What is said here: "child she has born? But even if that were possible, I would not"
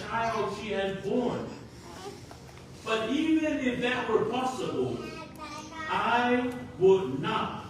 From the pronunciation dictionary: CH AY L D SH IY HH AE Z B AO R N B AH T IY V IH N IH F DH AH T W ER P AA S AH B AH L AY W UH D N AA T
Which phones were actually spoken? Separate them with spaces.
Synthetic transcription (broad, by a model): AY L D SH IY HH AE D B AO R N B AH T IY V IH N IH F DH AH T W ER P AA S AH B AH L AY W UH D N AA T